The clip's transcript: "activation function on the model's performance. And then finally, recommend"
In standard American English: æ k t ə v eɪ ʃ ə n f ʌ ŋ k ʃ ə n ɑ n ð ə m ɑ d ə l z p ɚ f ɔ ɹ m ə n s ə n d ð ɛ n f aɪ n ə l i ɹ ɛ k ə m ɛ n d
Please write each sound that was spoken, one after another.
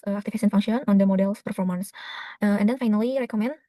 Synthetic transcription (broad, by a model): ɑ k t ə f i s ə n f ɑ ŋ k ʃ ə n ɑ n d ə m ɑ d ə l s p ɚ f ɔ ɹ m ə n s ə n d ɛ n f aɪ n ə l i ɹ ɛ k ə m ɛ n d